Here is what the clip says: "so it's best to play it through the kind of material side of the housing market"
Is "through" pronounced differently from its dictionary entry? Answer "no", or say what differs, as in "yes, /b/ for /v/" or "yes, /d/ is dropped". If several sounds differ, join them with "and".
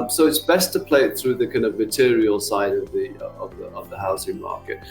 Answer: no